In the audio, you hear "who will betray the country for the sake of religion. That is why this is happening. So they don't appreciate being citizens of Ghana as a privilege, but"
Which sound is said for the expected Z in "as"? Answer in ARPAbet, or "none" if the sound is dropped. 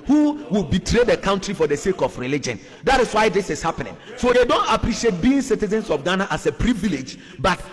S